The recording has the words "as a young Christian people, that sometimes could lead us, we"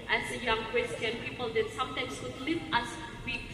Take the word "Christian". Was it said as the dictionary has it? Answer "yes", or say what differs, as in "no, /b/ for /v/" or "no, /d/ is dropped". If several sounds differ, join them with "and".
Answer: no, /w/ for /ɹ/